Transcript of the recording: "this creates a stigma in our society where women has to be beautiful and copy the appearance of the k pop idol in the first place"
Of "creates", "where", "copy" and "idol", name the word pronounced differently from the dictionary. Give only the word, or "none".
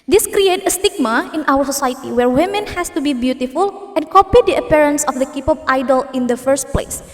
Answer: creates